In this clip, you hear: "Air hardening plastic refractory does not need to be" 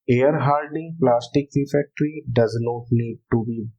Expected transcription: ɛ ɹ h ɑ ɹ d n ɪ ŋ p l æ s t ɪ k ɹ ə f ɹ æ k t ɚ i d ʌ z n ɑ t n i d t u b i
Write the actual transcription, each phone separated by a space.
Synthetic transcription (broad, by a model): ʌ ɹ h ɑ l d ɪ ŋ p l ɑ s t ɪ k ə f ɛ k t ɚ i d ʌ z n ɑ t n i d t u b i